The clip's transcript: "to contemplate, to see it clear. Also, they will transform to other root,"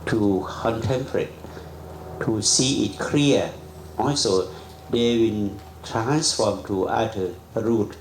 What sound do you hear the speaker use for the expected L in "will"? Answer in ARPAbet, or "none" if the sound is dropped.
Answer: N